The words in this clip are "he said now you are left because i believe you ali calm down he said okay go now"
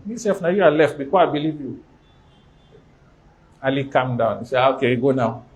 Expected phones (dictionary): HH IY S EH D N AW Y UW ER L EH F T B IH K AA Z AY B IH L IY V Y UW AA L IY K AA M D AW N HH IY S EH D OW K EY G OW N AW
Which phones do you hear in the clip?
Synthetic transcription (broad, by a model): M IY S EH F N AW Y UW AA L EH F T B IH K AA AY B IH L IY V Y UW AA L IY K AA M D AW N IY S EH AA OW K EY G OW N AW